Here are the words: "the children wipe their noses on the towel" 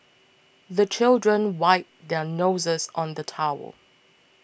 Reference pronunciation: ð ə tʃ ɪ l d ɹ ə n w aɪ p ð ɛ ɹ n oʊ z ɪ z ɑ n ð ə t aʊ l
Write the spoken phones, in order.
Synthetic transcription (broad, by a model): ð ə tʃ ɪ l d ɹ ə n w aɪ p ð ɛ n oʊ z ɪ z ɑ n ð ə t aʊ l